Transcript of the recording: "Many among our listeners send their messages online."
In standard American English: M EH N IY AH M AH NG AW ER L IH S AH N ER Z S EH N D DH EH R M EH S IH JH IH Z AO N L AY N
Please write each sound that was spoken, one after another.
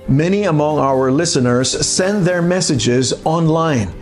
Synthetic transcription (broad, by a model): M EH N IY AH M AH NG AW ER L IH S AH N ER Z S EH N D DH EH R M EH S IH JH IH Z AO N L AY N